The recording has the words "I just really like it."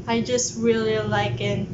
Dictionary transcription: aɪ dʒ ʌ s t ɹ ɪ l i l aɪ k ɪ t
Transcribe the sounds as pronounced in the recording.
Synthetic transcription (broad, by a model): aɪ dʒ ʌ s t ɹ ɪ l i l aɪ k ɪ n